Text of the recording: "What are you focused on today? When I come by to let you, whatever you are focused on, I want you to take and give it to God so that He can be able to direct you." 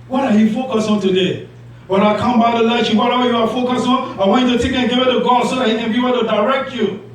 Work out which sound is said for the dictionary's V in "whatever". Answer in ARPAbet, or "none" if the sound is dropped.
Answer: W